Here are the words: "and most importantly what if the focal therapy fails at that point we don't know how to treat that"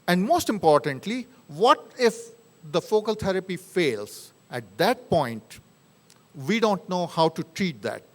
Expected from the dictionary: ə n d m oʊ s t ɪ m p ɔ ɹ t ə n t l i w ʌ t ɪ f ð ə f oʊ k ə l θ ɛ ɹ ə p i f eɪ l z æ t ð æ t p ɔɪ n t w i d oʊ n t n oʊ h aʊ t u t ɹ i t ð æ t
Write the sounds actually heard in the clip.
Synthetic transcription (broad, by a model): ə n d m oʊ s t ɪ m p ɔ ɹ t ə n t l i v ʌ t ɪ f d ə f oʊ k ə l t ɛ ɹ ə p i f eɪ l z æ t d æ t p ɔɪ n t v i d oʊ n t n oʊ h aʊ t u t ɹ i t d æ t